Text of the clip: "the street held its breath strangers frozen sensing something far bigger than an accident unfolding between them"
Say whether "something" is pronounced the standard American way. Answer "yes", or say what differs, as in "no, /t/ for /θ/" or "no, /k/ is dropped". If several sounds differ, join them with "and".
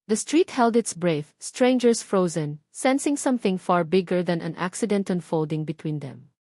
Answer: yes